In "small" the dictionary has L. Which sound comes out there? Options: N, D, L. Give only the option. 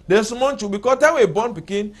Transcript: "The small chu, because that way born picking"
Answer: N